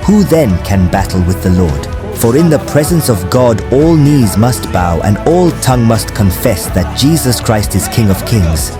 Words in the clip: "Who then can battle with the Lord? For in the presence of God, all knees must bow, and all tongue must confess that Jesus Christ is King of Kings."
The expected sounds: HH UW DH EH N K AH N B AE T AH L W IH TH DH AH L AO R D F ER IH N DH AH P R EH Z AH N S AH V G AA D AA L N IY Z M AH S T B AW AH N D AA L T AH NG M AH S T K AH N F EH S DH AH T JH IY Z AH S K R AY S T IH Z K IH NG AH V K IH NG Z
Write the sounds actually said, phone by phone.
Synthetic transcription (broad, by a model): HH UW DH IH N K AH N B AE T L W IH DH AH L AO R D F ER IH N DH AH P R EH Z AH N S AH V G AA D AA L N IY Z M AH S T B AW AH N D AA L T AH NG M AH S T K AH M F EH S DH AH T JH IY Z AH S K R AY S T IH Z K IH NG AH V K IH NG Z